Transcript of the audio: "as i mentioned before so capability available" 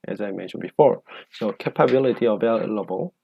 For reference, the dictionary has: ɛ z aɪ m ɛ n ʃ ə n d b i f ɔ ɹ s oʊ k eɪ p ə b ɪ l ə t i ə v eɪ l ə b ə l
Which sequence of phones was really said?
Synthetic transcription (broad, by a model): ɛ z aɪ m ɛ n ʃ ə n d b i f ɔ ɹ s oʊ k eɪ p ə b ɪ l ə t i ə v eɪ l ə b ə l